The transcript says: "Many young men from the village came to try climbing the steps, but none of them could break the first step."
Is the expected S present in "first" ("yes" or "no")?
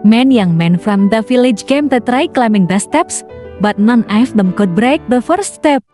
no